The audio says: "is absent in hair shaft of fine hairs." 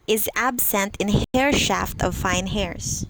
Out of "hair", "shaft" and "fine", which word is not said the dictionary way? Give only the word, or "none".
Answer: none